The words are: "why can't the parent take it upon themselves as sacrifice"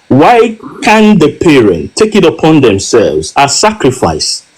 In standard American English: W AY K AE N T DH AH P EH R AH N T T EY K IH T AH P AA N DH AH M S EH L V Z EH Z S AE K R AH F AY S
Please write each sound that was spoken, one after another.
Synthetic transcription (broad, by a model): W AY K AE N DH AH P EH R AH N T T EY K IH T AH P AA N DH AH M S EH L V Z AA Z S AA K R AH F AY S